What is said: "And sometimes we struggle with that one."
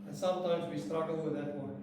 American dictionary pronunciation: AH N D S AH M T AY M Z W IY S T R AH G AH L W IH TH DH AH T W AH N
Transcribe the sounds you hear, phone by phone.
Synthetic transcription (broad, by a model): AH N S AH M T AY M Z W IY S T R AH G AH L W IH DH AH T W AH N